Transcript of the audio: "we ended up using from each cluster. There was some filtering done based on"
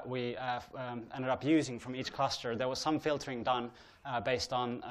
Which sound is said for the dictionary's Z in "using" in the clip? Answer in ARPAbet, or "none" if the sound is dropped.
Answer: Z